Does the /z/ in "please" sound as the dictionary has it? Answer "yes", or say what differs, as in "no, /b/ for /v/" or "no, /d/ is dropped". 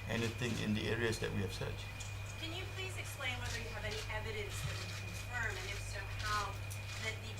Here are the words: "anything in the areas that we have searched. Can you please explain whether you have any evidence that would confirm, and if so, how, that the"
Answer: yes